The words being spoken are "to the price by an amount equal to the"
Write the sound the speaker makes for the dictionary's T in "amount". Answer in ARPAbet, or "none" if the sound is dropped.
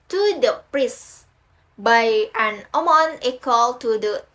none